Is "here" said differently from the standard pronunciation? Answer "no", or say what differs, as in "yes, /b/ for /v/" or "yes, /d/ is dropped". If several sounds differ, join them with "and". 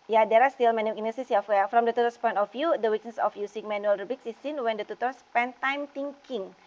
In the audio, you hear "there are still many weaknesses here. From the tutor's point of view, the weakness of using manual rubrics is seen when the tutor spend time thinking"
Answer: yes, /w/ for /ɹ/